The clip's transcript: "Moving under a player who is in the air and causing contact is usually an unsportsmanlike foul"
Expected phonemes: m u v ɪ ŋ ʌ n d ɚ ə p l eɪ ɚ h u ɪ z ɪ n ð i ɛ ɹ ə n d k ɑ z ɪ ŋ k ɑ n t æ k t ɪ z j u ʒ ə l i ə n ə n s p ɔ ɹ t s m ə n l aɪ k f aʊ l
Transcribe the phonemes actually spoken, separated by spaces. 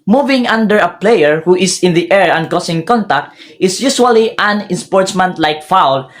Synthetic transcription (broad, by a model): m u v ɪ ŋ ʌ n d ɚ ə p l eɪ ɚ h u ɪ s ɪ n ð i ɛ ɹ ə n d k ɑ s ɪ ŋ k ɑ n t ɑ k t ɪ s j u s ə l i ə n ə n s p ɔ ɹ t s m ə n l aɪ k f aʊ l